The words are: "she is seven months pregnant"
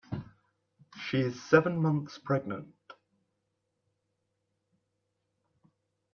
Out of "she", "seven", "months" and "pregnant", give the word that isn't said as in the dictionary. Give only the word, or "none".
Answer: none